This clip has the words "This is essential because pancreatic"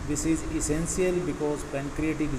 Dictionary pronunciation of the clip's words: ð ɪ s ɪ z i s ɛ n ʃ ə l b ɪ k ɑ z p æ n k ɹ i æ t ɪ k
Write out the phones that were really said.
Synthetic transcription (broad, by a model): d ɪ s ɪ z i s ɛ n s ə l b ɪ k ɑ z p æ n k ɹ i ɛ t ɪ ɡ